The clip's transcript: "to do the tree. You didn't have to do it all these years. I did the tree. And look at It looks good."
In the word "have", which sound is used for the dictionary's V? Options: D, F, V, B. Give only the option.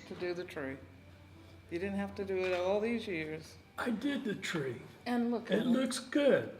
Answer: F